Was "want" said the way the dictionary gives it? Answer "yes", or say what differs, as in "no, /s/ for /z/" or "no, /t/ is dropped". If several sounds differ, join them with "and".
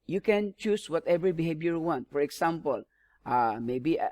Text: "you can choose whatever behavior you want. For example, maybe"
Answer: yes